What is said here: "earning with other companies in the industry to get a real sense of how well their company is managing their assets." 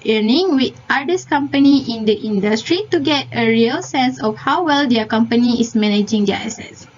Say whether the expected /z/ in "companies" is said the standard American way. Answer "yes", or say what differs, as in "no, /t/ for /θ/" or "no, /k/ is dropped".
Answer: no, /z/ is dropped